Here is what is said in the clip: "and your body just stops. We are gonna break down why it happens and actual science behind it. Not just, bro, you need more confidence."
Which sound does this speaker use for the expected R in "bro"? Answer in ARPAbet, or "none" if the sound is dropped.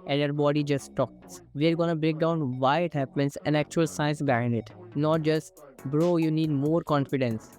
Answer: R